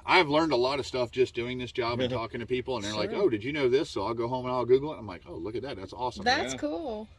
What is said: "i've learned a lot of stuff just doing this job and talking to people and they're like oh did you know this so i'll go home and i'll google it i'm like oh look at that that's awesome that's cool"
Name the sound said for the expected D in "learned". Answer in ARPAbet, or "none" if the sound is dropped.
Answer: D